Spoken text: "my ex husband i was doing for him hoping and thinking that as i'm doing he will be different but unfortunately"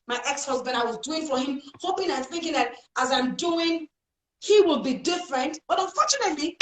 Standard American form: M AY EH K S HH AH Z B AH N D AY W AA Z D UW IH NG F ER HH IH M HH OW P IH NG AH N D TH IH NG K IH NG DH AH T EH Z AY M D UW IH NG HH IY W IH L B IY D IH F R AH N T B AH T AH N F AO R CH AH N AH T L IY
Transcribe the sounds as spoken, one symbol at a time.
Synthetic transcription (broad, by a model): M AY EH K S HH AH Z B AH N D AY W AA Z D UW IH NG F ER HH IH M HH OW P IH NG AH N TH IH NG K IH NG DH AH T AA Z AY M D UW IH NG HH IY W IH L B IY D IH F R AH N T B AH T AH N F AO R CH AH N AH T L IY